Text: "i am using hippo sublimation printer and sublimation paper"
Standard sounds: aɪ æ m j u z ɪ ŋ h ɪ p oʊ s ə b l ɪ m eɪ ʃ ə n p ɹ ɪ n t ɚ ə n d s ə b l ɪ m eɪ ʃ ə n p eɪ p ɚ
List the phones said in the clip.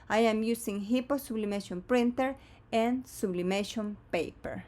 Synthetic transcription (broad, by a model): aɪ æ m j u s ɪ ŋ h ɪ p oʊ s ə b l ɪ m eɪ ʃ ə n p ɹ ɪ n t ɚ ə n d s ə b l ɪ m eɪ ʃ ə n p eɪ p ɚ